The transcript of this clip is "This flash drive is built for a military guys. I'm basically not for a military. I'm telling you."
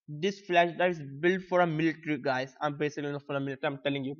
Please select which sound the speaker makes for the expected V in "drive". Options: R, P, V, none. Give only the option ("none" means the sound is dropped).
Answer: none